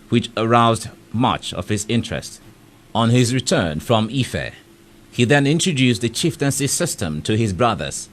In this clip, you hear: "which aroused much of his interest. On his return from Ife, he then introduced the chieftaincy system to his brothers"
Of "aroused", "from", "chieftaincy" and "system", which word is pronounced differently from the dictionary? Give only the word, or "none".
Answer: none